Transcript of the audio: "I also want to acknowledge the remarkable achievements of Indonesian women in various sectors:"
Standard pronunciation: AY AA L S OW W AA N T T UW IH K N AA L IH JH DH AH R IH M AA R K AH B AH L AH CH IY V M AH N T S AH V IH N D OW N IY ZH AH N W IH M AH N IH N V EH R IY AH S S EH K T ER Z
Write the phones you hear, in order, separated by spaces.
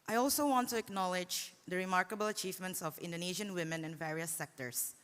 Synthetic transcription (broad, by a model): AY AA L S OW W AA N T T UW IH K N AA L IH JH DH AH R IH M AA R K AH B AH L AH CH IY V M AH N T S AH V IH N D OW N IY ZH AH N W IH M AH N IH N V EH R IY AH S S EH K T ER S